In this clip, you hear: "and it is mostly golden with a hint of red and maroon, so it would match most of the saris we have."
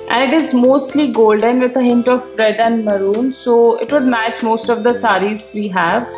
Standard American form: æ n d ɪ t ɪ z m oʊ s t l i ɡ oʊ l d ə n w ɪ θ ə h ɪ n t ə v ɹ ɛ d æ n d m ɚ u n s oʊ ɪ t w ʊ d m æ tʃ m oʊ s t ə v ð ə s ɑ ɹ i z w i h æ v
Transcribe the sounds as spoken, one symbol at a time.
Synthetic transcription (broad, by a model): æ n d ɪ t ɪ z m oʊ s t l i ɡ oʊ l d ə n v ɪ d ə h ɪ n t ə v ɹ ɛ d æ n d m ɚ u n s oʊ ɪ t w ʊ d m æ tʃ m oʊ s t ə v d ə s ɑ ɹ i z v i h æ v